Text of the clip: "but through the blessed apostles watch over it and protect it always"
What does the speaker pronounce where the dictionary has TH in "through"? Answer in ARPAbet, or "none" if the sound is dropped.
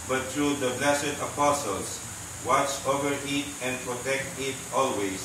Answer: T